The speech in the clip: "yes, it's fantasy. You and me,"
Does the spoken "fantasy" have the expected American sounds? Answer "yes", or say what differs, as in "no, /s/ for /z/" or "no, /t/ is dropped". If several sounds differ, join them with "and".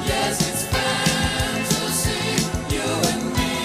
no, /s/ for /t/